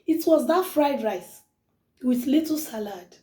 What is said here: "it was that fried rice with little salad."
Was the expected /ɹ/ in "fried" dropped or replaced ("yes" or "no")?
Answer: no